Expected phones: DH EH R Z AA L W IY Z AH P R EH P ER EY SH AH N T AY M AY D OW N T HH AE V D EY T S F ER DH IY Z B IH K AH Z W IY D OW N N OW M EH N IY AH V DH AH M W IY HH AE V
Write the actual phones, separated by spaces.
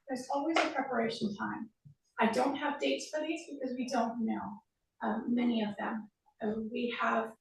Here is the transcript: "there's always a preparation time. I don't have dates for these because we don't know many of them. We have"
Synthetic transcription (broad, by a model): DH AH R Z AA L W IY Z AH P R EH P ER EY SH N T AY M AY D OW N T HH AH V D EY T S F ER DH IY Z B IH K AH Z W IY D OW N N OW M EH N IY AH V DH AH M W IY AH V